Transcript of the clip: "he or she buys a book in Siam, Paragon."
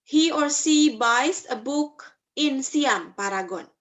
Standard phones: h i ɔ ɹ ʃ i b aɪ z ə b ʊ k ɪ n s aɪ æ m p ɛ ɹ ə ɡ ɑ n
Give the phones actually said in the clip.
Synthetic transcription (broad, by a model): h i ɔ ɹ s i b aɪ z ə b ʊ k ɪ n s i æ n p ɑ ɹ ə ɡ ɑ n